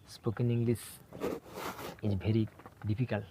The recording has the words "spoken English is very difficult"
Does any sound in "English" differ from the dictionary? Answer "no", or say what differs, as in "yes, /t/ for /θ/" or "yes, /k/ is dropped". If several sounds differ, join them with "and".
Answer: yes, /s/ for /ʃ/